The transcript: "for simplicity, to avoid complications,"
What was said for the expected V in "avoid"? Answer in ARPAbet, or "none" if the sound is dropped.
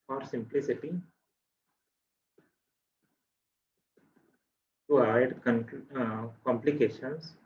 none